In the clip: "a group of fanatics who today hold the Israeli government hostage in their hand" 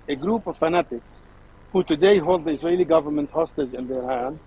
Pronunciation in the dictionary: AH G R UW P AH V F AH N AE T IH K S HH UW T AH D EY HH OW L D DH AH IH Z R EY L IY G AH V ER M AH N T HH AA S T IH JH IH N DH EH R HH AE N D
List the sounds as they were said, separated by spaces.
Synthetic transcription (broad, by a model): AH G R UW P AH V F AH N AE T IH K S HH UW T AH D EY HH OW L D DH AH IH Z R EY L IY G AH V ER M AH N T HH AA S T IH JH IH N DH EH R HH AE N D